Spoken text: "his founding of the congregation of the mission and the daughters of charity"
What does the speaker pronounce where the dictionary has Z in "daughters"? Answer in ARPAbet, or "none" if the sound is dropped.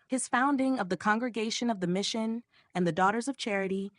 Z